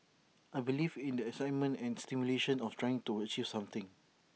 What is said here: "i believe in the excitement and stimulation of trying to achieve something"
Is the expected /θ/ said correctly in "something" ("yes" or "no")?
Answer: no